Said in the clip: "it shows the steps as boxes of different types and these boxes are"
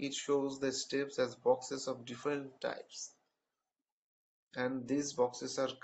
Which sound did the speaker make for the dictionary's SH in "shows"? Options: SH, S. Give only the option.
SH